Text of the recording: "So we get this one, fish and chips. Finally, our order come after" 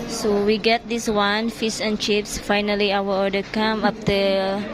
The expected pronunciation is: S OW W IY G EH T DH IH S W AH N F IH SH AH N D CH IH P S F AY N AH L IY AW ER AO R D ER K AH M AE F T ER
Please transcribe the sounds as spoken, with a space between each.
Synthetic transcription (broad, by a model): S OW W IY G EH T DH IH S W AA N F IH S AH N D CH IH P S F AY N AH L IY AW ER AO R D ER K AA M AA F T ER